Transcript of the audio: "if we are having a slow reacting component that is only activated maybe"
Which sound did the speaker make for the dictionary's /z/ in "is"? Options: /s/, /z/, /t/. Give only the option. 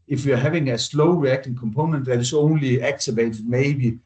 /s/